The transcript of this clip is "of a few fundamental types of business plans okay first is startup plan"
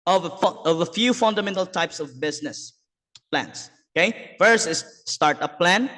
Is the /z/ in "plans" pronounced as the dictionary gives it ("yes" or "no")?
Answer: no